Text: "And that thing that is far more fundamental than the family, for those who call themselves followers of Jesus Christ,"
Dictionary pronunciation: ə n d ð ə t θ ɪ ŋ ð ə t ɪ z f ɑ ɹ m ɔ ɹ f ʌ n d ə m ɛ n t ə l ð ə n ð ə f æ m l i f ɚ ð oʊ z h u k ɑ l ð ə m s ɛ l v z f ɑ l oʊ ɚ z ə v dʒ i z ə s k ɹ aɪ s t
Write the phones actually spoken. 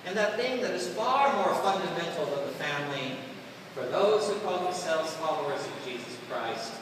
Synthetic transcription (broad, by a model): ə n ð ə t θ ɪ ŋ ð ə t ɪ z f ɑ ɹ m ɔ ɹ f ʌ n d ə m ɛ n t l ð ə n ð ə f æ m l i f ɚ ð oʊ z h u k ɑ n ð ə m s ɛ l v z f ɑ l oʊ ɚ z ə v dʒ i z ə s k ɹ aɪ s t